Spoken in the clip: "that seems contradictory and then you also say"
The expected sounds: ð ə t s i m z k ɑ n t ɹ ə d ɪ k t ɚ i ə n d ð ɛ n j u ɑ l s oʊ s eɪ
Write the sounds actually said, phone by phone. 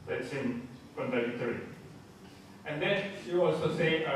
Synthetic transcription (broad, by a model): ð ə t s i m k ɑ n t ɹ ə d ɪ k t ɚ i ə n d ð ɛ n j u ɑ l s oʊ s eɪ